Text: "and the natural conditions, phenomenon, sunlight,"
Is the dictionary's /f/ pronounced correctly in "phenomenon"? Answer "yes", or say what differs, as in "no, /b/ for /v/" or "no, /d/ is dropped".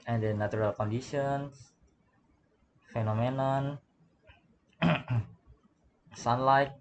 yes